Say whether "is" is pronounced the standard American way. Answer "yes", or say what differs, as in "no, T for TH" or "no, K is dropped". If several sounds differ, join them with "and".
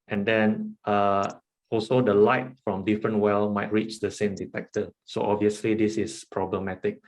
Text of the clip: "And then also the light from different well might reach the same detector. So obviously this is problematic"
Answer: no, S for Z